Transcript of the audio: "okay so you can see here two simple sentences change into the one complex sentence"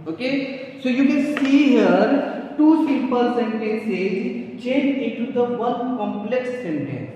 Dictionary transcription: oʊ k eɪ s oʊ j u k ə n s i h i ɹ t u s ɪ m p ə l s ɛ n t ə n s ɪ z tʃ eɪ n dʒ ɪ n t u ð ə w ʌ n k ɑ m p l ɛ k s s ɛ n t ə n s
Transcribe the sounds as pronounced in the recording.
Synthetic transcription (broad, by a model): oʊ k eɪ s oʊ j u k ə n s i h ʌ ɹ t u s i p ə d s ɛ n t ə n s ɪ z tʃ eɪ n ɪ n t u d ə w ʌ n k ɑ m p l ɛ k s s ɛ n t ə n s